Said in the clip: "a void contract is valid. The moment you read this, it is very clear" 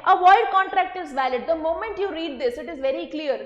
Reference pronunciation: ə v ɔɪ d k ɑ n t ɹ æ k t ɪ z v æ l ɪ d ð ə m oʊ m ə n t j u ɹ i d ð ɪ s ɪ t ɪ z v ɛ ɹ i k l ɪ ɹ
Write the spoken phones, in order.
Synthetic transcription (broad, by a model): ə v ɔɪ d k ɑ n t ɹ æ k t ɪ z v æ l ɪ d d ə m oʊ m ə n t j u ɹ i d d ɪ s ɪ t ɪ z v ɛ ɹ i k l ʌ ɹ